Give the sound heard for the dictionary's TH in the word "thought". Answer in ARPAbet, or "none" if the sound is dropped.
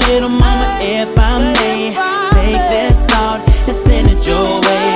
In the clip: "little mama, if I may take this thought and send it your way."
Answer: T